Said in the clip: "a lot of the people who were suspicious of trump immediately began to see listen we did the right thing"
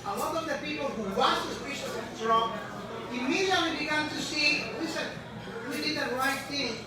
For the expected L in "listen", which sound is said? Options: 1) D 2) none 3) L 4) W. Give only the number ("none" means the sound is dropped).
4